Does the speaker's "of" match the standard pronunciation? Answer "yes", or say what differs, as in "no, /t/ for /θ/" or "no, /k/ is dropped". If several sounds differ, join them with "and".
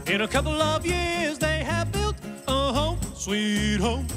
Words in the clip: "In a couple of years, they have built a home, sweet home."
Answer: yes